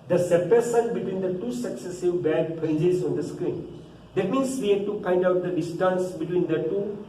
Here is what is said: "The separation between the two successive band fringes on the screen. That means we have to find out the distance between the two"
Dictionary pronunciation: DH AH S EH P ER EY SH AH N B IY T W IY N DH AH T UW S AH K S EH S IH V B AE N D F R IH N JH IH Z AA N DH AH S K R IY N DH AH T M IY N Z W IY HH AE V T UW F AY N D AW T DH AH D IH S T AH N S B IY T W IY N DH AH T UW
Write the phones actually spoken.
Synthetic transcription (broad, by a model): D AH S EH P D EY S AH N B IY T W IY N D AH T UW S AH K S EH S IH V B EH D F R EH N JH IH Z AA N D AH S K R IY N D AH T M IY N S W IY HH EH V T UW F AY N D AW T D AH D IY S T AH N S B IY T W IY N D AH T UW